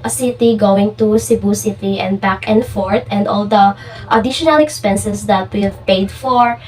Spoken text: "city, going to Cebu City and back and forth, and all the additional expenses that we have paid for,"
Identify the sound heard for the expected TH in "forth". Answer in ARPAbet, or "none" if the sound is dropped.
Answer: T